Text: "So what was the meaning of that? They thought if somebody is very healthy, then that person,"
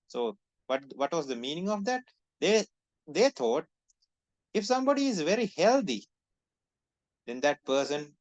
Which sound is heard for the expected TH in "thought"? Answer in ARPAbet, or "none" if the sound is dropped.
T